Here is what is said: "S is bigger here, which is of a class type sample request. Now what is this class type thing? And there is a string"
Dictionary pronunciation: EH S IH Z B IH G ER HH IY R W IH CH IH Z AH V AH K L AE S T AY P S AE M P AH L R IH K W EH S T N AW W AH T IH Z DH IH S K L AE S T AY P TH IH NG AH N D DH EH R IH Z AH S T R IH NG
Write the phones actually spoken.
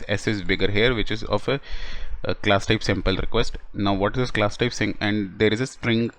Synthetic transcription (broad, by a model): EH S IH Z B IH G ER HH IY R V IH CH IH Z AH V AH K L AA S T AY P S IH M P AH L R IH K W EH S T N AW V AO T IH Z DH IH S K L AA S T AY P S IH NG AH N D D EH R IH Z AH S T R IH NG